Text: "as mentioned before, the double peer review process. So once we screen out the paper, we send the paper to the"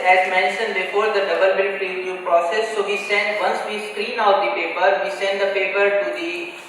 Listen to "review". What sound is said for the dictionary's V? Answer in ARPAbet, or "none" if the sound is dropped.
none